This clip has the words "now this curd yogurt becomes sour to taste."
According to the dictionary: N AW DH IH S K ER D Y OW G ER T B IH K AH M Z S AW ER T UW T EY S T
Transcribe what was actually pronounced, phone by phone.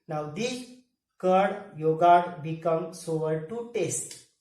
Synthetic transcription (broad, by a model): N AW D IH K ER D Y OW G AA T B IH K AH M S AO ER T UW T EY S T